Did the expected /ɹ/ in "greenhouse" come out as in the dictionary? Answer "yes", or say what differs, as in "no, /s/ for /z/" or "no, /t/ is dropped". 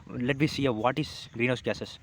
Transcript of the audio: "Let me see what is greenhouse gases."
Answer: yes